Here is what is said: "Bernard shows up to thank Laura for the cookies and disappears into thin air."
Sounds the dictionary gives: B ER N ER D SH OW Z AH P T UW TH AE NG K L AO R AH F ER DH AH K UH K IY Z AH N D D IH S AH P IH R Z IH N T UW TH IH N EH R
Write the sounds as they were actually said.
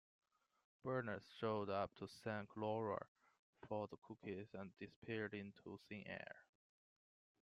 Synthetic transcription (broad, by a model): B ER N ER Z SH OW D AH P T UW S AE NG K L AO R AH F ER DH AH K UH K IY Z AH N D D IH S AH P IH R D IH N T UW S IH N EH R